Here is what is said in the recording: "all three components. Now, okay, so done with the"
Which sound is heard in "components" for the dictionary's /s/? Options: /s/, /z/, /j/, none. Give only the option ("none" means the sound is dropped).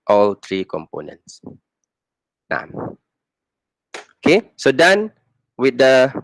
/s/